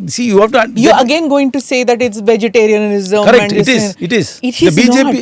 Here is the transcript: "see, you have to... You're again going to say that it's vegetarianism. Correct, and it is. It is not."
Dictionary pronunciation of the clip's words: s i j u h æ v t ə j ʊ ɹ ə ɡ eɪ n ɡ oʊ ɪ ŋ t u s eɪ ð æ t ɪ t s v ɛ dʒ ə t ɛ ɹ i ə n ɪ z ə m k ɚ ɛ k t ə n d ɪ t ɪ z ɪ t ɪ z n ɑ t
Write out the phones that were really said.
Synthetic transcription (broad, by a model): s i j u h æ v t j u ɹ ə ɡ eɪ n ɡ oʊ ɪ ŋ t u s eɪ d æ t ɪ t s v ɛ dʒ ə t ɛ ɹ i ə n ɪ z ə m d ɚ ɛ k ə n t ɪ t ɪ z ɪ t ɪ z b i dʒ